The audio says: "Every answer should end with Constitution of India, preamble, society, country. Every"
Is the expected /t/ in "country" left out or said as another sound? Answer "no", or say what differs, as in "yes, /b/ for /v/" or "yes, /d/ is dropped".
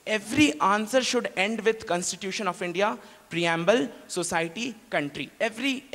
no